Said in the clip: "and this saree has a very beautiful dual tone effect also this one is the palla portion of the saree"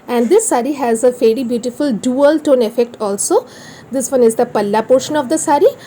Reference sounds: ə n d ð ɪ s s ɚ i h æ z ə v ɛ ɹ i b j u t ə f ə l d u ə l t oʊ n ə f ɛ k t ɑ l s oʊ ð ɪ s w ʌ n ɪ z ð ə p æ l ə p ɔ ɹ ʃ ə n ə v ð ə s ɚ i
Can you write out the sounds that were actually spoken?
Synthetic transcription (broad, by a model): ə n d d ɪ s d i h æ z ə f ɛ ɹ i b j u t ə f ə l d u ə l t oʊ n ə f ɛ k t ɑ l s oʊ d ɪ s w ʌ n ɪ z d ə p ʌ l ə p ɔ ɹ ʃ ə n ə v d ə s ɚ i